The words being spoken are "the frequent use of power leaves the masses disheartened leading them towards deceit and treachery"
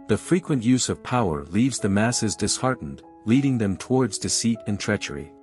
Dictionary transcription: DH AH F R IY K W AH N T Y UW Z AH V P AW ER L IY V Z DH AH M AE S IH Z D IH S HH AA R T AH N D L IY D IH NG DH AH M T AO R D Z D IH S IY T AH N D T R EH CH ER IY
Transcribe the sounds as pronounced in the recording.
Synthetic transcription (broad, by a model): DH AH F R IY K W AH N T Y UW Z AH V P AW ER L IY V Z DH AH M AE S IH Z D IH S HH AA R T N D L IY D IH NG DH AH M T AO R D Z D IH S IY T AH N T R EH CH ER IY